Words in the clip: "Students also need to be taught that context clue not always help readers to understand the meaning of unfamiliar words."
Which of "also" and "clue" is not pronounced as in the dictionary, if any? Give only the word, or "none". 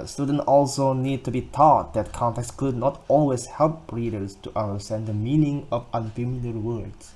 clue